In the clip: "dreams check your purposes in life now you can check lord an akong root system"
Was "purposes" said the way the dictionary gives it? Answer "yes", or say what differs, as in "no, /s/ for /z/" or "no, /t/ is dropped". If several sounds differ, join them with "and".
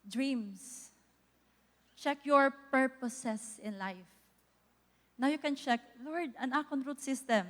no, /s/ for /z/